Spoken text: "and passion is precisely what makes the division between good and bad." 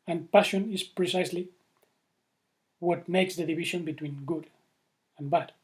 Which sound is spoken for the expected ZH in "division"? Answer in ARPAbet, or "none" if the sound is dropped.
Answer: SH